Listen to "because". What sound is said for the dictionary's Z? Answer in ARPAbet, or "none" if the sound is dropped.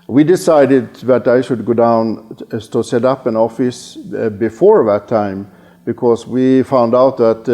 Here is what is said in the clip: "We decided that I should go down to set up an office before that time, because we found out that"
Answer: S